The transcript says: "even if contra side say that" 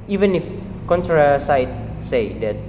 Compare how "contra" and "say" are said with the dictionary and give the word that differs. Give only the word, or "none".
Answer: none